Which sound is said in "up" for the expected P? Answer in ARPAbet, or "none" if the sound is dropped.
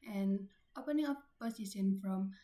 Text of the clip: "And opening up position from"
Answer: F